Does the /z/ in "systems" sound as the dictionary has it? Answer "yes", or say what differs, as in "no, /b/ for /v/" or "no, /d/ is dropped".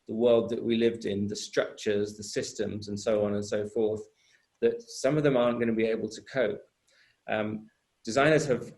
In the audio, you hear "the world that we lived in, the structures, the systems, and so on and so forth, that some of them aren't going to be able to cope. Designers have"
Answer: yes